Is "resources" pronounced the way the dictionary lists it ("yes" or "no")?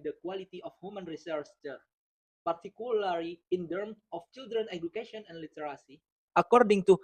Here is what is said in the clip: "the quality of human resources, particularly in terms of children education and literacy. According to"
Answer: no